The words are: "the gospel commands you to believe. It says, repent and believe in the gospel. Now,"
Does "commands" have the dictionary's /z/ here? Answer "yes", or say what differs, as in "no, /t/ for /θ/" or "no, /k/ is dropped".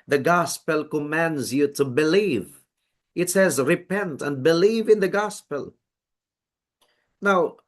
yes